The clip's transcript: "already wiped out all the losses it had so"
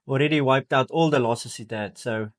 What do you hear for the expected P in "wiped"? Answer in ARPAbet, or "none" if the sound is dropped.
P